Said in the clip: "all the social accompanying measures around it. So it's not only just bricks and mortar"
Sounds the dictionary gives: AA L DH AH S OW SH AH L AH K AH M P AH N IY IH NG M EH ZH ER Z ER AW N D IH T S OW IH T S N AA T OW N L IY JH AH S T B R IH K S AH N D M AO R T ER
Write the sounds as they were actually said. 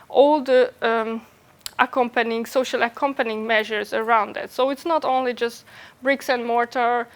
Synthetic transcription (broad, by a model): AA L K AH S OW SH AH L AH K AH M P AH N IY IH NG M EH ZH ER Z ER AW N D IH T S OW IH T S N AA T OW N L IY JH AH S T B R IH K S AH N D M AO R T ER